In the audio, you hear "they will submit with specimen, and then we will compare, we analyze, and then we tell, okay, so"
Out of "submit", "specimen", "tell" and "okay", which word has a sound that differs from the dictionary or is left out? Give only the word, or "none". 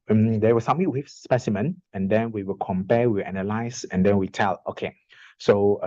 submit